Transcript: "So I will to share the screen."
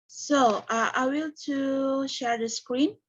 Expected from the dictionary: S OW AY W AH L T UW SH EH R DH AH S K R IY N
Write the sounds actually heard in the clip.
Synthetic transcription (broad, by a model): S OW AY W AH L T UW SH EH R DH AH S K R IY N